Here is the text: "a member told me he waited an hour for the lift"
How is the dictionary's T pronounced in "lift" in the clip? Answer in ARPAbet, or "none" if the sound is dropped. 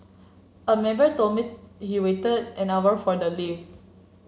none